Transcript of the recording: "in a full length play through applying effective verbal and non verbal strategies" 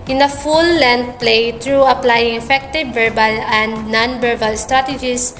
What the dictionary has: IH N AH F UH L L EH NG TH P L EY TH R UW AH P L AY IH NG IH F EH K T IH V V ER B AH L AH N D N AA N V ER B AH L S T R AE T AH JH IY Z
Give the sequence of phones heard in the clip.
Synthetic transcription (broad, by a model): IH N AH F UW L L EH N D P L EY T R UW AH P L AY IH NG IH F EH K T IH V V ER B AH L AH N D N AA N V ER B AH L S T R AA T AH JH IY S